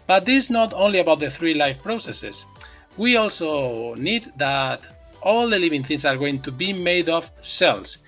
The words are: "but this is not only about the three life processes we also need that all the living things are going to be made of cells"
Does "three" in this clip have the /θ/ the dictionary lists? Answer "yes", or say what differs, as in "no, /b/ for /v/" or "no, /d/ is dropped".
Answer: yes